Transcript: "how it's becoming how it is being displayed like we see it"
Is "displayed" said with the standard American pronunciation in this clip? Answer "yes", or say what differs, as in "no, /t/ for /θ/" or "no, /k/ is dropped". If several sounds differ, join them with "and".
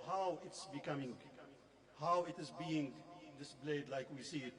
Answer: no, /b/ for /p/